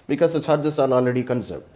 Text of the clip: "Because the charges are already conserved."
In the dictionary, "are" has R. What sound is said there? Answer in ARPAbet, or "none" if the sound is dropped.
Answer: L